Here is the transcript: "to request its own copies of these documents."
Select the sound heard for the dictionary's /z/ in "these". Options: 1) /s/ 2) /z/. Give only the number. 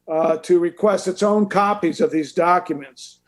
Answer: 2